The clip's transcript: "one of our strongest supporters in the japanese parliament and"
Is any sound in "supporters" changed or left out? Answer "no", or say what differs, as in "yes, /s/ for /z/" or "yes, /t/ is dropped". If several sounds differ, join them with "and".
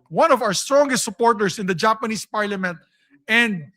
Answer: yes, /s/ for /z/